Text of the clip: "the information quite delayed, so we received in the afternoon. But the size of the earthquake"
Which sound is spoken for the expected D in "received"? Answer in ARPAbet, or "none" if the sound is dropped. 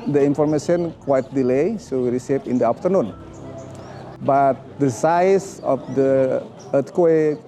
none